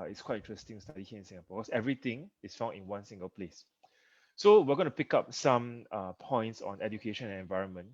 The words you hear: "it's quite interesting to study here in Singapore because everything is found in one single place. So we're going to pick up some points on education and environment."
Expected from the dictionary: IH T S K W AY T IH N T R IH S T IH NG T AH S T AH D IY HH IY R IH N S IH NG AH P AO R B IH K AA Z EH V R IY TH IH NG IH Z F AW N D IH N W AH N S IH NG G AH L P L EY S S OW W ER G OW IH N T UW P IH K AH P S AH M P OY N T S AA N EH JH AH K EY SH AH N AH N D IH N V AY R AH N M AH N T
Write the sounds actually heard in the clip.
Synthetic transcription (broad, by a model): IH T S K W AY T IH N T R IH S T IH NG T S T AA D IY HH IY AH IH N S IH NG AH P AO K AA S EH V R IY T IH NG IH S F AW N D IH N W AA N S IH NG G AH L P L EY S S OW W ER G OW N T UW P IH K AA P S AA M P OY N T S AA N EH JH AH K EY SH AH N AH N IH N V AY R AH N M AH N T